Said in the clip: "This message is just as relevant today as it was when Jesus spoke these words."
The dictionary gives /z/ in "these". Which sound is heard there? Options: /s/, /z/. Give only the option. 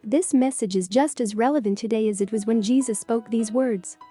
/z/